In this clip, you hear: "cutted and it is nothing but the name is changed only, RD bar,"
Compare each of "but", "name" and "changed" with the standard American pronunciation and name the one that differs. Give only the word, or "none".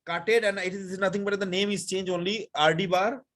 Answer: changed